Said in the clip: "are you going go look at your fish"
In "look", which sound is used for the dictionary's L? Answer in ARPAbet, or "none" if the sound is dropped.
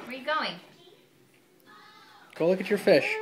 L